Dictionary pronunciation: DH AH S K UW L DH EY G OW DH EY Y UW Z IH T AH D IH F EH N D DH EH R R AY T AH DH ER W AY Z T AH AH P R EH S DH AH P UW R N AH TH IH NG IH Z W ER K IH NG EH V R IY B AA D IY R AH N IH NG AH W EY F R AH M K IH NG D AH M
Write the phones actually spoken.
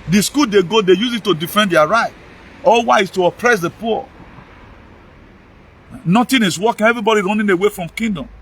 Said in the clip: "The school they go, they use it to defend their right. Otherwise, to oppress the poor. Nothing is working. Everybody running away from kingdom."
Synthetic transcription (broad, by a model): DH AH S K UW L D EY G OW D EY Y UW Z IH T AH D IH F EH N D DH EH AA R AY T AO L W AY S T AH AH P R EH S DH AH P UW N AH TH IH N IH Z W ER K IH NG EH V R IY B AA D IY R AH N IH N AH W EY F R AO M K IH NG D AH M